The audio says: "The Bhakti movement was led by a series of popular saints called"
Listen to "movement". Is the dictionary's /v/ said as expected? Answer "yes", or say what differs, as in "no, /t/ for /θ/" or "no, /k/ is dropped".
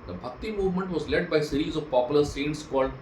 yes